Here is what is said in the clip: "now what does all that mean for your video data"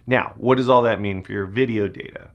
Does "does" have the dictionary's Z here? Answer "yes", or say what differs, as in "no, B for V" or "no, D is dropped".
yes